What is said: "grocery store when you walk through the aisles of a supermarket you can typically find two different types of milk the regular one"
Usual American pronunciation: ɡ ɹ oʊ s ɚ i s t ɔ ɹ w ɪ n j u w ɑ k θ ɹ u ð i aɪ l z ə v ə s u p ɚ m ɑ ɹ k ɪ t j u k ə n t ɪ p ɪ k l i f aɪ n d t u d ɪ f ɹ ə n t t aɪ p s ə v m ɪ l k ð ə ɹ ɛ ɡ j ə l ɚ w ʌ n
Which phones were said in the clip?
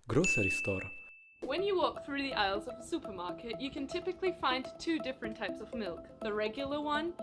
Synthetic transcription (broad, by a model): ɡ ɹ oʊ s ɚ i s t ɔ ɹ w ɪ n j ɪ w ɑ k θ ɹ u ð i aɪ l z ə v ə s u p ɚ m ɑ ɹ k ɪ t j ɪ k ə n t ɪ p ɪ k l i f aɪ n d t u d ɪ f ɹ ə n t t aɪ p s ə v m ɪ l k ð ə ɹ ɛ ɡ j l ɚ w ʌ n